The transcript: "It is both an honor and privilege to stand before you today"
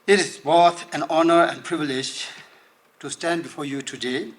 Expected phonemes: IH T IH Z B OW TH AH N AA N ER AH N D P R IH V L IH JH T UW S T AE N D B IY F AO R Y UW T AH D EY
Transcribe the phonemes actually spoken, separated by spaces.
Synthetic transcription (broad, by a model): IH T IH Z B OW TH AH N AA N ER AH N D P R IH V L IH JH T UW S T AE N D B IY F AO R Y UW T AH D EY